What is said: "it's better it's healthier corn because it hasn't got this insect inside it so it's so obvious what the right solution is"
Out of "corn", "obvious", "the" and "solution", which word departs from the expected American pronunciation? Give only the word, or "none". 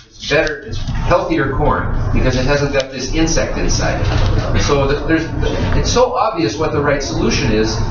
none